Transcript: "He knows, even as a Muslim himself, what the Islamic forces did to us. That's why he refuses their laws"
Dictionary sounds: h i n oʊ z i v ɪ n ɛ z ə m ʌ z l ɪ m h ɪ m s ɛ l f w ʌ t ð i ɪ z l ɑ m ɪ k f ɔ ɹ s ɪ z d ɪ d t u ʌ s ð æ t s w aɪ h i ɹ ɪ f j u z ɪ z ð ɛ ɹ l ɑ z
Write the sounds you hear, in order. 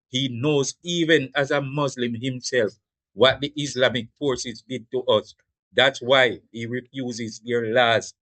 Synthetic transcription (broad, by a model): h i n oʊ z i v ɪ n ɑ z ə m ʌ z l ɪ m h ɪ m s ɛ l f w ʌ t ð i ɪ s l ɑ m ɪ k f ɔ ɹ s ɪ z d ɪ d t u ʌ s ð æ t s w aɪ h i ɹ ɪ f j u z ɪ z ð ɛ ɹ l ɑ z